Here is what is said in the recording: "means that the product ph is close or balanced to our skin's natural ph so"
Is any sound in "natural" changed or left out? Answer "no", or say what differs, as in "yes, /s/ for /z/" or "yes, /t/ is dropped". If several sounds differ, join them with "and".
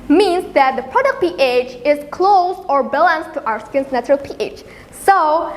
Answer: no